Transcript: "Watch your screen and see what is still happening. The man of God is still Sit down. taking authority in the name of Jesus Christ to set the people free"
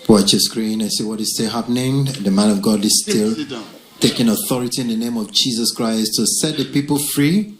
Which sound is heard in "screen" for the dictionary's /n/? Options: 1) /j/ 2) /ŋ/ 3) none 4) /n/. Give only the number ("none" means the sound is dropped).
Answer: 4